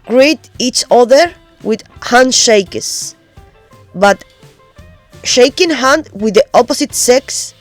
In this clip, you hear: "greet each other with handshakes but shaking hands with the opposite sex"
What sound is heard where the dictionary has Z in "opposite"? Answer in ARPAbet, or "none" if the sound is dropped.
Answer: S